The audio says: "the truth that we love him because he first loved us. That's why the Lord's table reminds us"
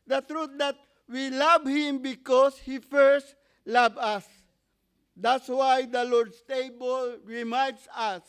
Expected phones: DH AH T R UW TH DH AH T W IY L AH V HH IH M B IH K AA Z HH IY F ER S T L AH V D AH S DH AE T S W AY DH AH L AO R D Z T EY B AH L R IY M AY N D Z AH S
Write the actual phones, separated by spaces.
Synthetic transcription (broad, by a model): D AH T R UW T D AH T W IY L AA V HH IH M B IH K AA S HH IY F ER S T L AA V AH S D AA T S W AY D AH L AO R D S T EY B AH L R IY M AY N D S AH S